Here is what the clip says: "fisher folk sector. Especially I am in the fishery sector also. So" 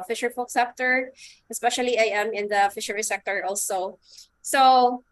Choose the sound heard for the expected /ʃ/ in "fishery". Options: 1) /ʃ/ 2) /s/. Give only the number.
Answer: 1